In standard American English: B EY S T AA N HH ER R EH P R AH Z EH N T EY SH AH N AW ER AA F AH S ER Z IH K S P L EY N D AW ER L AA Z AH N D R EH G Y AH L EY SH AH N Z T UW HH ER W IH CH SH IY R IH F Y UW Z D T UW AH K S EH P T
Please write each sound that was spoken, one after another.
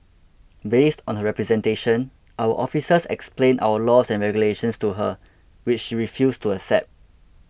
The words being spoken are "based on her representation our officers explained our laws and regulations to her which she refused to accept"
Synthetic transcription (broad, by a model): B EY S T AA N HH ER R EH P R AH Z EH N T EY SH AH N AW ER AA F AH S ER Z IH K S P L EY N AW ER L AA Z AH N R EH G Y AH L EY SH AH N S T UW HH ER W IH CH SH IY R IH F Y UW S T UW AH S EH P T